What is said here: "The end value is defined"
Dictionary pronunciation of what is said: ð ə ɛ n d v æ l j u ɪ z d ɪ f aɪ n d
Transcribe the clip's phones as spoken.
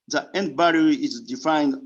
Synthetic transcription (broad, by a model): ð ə ɛ n d b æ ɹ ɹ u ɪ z d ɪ f aɪ n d